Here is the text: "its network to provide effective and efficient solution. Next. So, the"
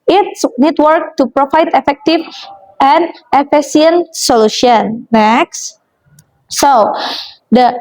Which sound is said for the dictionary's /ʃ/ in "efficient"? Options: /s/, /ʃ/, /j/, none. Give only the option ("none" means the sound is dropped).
/s/